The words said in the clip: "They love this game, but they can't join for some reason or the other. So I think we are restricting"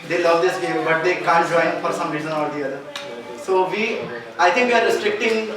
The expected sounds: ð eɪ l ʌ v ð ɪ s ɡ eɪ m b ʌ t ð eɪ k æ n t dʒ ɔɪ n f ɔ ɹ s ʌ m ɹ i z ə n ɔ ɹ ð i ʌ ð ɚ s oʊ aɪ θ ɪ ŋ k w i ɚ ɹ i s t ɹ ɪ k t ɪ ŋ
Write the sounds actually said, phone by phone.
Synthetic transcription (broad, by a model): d eɪ l ʌ v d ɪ s ɡ eɪ m b ʌ t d eɪ k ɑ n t dʒ ɔɪ n f ɔ ɹ s ʌ m ɹ i z ə n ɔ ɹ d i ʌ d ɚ s oʊ aɪ t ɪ ŋ k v i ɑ ɹ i s t ɹ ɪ k t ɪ ŋ